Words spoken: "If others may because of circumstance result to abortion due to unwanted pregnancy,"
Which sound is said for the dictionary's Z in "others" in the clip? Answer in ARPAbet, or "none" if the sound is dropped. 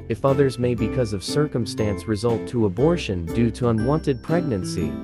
Z